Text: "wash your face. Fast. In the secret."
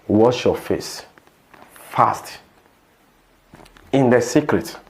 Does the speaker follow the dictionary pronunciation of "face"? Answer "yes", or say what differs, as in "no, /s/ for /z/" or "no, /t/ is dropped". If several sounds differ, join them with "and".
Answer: yes